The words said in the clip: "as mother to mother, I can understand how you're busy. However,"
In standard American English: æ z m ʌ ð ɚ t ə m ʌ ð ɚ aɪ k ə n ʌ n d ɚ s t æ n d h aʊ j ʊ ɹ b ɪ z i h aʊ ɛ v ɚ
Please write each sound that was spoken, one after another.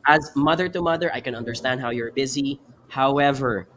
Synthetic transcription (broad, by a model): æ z m ʌ ð ɚ t ə m ʌ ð ɚ aɪ k ə n ʌ n d ɚ s t æ n d h aʊ j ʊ ɹ b ɪ z i h aʊ ɛ v ɚ